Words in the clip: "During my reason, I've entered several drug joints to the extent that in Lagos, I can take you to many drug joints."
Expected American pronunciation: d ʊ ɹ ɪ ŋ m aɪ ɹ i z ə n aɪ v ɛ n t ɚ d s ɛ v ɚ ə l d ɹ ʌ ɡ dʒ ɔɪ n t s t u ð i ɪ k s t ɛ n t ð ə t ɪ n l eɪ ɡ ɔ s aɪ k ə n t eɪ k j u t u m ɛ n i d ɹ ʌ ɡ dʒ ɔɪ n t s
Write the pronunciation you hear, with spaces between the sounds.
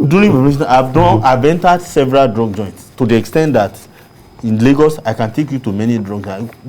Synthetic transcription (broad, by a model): d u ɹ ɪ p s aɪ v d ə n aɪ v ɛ n t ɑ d s ɛ v ɚ ə l d ɹ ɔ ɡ dʒ ɔɪ n t s t u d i ɪ k s t ɛ n t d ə t ɪ n l eɪ ɡ ɔ s aɪ k ə n t eɪ k j u t u m ɛ n i d ɹ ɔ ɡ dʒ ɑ